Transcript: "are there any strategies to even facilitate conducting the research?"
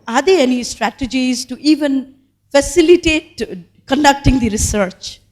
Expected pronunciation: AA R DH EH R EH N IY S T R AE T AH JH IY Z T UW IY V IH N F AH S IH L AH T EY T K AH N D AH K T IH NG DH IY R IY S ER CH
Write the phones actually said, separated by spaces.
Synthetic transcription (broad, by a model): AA R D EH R EH N IY S T R AE T AH JH IY Z T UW IY V IH N F AH S IH L AH T EY T K AH N D AH K T IH NG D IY R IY S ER CH